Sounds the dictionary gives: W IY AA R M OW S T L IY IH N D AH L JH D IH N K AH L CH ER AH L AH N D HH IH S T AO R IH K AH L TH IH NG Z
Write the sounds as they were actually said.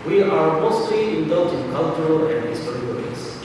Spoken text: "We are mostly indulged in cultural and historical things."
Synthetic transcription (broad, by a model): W IY AA R M OW S T L IY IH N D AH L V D IH N K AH L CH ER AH L AH N D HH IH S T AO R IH AH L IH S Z